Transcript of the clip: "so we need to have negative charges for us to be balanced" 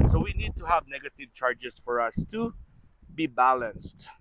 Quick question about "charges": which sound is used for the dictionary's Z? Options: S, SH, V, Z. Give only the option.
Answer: S